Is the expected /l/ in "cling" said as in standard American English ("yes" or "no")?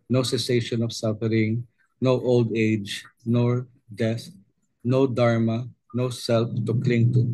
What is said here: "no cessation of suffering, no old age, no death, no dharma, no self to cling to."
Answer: yes